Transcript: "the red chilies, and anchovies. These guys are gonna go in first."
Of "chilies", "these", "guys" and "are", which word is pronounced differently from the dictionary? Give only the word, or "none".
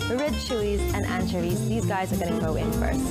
chilies